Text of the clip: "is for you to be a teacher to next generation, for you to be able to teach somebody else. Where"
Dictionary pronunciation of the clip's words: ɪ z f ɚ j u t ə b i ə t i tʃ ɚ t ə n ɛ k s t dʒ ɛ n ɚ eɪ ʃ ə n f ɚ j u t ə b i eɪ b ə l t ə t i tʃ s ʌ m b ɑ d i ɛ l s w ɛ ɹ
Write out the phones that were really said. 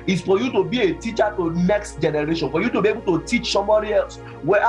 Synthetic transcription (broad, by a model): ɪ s f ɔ j u t ə b i ə t i tʃ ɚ t ə n ɛ k s t dʒ ɛ n ɚ eɪ ʃ ə n f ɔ j u t ə b i eɪ b ə l t ə t i tʃ s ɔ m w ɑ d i ɛ l s w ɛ